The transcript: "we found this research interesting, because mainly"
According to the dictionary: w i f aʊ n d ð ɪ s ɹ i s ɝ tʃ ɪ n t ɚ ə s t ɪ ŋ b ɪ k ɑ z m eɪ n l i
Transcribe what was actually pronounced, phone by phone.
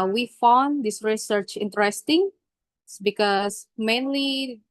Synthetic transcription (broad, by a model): w i f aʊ n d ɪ s ɹ i s ɝ tʃ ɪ n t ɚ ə s t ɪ ŋ b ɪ k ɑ s m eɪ n l i